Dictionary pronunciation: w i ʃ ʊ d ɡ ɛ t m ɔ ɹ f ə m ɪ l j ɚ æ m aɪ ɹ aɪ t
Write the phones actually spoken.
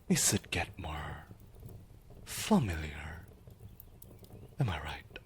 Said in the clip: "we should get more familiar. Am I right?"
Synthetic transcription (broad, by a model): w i s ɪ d ɡ ɛ t m ɔ ɹ f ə m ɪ l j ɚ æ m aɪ ɹ aɪ t